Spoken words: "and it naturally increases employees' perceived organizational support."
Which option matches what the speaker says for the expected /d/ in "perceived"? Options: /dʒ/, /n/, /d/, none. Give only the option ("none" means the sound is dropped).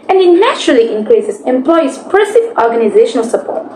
none